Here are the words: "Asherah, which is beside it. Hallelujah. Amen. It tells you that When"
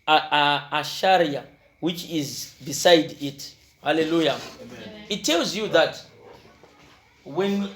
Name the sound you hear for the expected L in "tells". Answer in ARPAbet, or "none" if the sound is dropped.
L